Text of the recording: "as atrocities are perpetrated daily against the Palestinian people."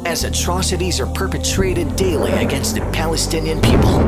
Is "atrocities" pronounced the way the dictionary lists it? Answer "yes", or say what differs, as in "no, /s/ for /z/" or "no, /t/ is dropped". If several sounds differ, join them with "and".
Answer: yes